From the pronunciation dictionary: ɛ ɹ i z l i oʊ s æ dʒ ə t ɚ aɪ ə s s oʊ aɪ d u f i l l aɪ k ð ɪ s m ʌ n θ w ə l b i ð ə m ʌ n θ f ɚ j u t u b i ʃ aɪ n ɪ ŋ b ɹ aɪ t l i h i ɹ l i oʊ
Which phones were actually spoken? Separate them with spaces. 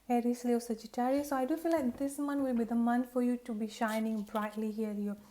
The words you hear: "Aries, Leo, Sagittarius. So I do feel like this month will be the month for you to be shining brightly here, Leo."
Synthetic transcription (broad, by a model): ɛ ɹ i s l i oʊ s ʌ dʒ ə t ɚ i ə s s oʊ aɪ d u f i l l aɪ k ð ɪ s m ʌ n w ə l b i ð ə m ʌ n f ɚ j u t u b i ʃ aɪ n ɪ ŋ b ɹ aɪ t l i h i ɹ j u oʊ